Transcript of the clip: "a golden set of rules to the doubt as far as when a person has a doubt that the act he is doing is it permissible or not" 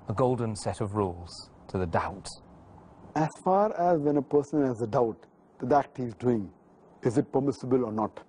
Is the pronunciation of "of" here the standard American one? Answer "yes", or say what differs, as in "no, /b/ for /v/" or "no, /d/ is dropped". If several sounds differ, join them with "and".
yes